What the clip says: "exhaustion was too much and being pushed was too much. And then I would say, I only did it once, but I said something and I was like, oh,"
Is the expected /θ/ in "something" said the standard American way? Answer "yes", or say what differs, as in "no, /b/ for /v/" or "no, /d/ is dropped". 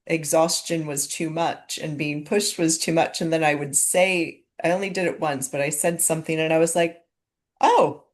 yes